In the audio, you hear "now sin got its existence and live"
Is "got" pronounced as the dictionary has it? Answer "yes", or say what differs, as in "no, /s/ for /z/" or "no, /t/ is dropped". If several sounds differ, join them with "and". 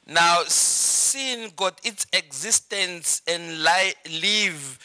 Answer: yes